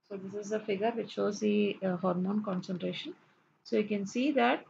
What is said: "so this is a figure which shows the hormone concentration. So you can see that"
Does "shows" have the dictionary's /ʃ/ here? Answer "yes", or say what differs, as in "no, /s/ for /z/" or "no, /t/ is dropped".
yes